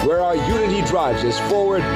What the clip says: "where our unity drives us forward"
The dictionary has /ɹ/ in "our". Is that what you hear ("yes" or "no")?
yes